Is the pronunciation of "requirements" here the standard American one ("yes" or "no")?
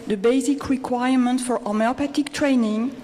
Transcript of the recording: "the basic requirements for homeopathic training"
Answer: no